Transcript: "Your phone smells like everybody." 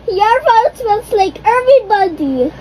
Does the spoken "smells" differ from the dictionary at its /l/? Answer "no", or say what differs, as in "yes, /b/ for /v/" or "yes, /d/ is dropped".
yes, /l/ is dropped